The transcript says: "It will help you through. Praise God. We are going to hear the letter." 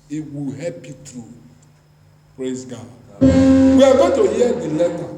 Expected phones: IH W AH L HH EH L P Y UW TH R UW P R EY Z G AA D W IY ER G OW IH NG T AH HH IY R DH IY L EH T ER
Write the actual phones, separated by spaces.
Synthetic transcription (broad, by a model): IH W AH L HH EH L P Y UW T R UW P R EY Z G AA D W IY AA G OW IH T AH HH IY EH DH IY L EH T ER